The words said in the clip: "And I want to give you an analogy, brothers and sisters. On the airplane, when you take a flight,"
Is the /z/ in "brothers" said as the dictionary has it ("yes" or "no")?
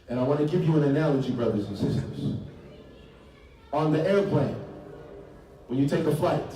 yes